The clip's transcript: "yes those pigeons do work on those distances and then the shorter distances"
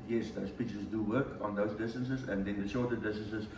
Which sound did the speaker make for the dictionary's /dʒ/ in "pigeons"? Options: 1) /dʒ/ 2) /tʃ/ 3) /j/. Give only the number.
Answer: 2